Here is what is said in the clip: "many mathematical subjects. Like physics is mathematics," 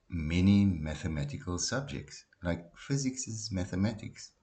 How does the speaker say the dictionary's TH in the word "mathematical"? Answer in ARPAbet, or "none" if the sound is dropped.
TH